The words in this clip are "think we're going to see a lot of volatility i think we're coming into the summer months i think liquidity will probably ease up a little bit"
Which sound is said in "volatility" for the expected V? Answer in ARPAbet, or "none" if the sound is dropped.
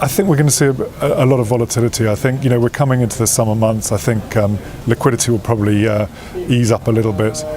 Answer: V